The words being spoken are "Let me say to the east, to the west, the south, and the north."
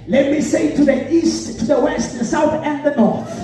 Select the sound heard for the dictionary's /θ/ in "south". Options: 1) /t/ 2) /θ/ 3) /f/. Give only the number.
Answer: 2